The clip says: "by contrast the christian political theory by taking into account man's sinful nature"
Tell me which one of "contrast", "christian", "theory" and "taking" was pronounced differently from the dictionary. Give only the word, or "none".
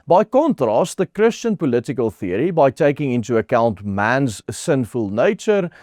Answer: none